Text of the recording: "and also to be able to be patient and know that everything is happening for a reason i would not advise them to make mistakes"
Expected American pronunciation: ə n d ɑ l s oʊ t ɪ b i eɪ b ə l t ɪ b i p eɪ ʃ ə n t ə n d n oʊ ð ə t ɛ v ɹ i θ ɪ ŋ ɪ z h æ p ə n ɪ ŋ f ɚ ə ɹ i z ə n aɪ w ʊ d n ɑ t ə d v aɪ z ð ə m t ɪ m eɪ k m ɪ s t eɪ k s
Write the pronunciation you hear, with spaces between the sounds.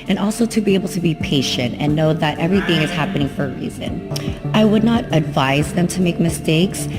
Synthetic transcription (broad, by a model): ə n ɑ l s oʊ t ɪ b i eɪ b l t ɪ b i p eɪ ʃ ə n t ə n n oʊ ð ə t ɛ v ɹ i θ ɪ ŋ ɪ z h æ p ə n ɪ ŋ f ɚ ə ɹ i z ə n aɪ w ʊ d n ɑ t ə d v aɪ z ð ə m t ɪ m eɪ k m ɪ s t eɪ k s